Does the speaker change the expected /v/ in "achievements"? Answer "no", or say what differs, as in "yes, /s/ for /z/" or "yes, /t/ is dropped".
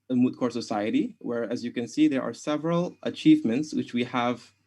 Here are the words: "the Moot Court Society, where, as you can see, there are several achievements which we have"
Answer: no